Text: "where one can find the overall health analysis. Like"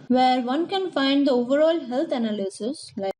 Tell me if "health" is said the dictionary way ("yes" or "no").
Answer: no